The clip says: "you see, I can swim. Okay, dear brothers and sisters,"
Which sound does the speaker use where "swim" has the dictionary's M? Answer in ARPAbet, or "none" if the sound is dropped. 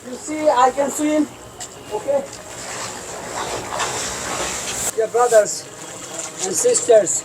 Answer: none